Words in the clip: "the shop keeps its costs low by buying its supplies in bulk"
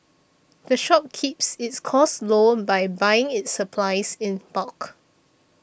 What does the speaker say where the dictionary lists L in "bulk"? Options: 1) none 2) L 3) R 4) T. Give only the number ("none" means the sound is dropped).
1